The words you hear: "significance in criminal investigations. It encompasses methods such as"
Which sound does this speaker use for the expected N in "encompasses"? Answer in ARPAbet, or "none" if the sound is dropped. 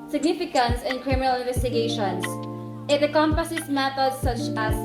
none